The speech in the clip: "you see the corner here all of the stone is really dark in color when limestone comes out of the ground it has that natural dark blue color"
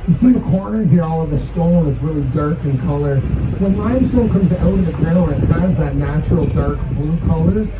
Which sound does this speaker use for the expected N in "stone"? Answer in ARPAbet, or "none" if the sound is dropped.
L